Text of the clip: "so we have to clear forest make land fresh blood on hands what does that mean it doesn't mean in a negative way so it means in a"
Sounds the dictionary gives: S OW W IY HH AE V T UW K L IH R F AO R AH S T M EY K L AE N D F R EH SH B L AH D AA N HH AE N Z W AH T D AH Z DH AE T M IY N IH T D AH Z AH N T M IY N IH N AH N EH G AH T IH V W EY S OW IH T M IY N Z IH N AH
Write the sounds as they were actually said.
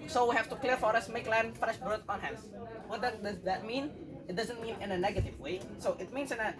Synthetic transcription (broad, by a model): S OW W IY HH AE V T UW K L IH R F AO R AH S M EY K L AE N D F R EH SH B AH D AA N HH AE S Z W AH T D AH Z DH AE T M IY N IH T D AH Z AH N T M IY N IH N AH N EH G AH T IH V W EY S OW IH T M IY N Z IH N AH